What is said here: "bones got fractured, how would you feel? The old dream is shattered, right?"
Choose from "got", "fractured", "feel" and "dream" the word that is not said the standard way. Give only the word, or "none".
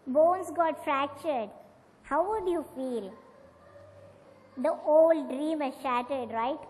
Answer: none